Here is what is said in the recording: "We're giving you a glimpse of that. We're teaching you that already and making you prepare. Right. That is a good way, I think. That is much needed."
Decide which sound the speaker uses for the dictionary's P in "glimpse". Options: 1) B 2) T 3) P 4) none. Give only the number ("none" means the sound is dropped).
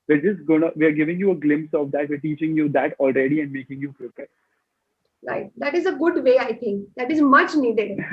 3